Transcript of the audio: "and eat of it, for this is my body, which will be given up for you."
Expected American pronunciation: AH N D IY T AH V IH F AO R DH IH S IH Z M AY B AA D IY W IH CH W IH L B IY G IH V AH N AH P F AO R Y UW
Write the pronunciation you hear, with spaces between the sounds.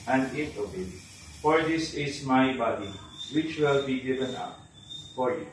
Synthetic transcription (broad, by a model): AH N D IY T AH B IH F AO R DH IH S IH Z M AY B AA D IY W IH CH W IH L B IY G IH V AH N AH P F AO R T